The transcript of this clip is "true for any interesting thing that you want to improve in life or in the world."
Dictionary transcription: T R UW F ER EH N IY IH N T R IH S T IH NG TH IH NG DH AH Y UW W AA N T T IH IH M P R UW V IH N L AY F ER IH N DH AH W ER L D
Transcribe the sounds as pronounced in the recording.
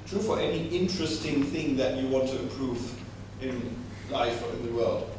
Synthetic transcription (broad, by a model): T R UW F ER EH N IY IH N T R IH S T IH NG TH IH NG DH AH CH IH W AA N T T IH IH M P R UW V IH N L AY F ER IH N DH AH W ER L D